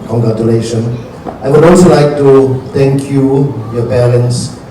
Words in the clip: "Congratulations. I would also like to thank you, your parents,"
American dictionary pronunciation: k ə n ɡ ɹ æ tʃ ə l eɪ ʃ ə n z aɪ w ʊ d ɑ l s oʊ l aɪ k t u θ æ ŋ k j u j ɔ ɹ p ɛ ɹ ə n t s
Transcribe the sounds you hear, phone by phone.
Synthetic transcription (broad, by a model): k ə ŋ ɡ ɹ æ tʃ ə l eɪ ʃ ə n aɪ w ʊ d ɑ l s oʊ l aɪ k t u t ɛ ŋ k j u j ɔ p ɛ ɹ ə n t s